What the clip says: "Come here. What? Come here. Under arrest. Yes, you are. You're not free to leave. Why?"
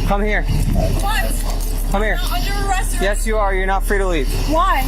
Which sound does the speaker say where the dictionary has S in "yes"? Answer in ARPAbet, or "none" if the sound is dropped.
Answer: S